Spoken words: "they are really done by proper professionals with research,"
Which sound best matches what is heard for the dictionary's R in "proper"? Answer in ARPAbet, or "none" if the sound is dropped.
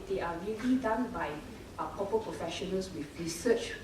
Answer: none